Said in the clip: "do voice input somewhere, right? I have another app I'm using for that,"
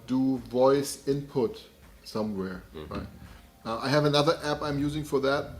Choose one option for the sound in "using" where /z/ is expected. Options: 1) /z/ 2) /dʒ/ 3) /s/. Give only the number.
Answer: 1